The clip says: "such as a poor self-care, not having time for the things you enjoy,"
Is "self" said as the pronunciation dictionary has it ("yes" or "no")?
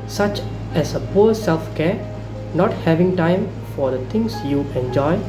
yes